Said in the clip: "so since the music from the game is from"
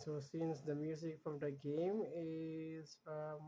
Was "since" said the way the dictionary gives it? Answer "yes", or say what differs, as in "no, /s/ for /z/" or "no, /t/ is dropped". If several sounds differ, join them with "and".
yes